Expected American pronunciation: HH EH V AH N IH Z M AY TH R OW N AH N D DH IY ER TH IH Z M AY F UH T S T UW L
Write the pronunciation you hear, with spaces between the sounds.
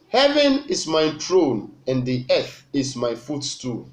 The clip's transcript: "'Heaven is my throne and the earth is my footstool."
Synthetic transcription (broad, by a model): HH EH V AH N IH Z M AY T R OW N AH N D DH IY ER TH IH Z M AY F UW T S T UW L